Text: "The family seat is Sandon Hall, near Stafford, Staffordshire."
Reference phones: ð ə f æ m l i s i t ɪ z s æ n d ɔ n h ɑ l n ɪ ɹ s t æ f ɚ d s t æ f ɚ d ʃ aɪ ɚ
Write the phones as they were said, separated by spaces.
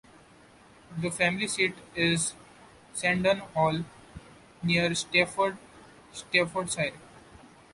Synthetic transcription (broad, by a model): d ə f æ m l i s i t ɪ z s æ n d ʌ n h ɑ l n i ɹ s t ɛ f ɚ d s t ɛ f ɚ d s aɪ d